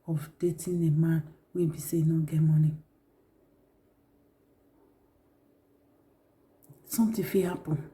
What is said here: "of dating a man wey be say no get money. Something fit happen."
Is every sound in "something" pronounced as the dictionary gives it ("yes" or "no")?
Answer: no